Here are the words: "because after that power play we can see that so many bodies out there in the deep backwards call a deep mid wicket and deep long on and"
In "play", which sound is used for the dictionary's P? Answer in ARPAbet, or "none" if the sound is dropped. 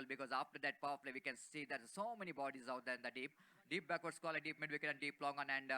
F